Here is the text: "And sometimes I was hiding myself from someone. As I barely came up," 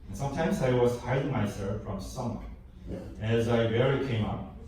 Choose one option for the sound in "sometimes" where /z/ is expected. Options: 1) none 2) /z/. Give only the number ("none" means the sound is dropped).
2